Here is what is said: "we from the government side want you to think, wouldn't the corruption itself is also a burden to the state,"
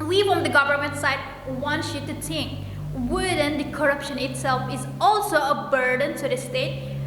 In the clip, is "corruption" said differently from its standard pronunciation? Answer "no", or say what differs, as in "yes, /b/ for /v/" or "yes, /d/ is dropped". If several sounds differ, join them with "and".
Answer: no